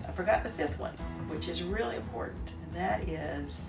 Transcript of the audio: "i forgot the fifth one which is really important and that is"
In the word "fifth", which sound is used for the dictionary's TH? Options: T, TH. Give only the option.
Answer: TH